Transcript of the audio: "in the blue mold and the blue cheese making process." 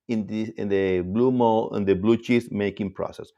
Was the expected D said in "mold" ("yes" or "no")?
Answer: no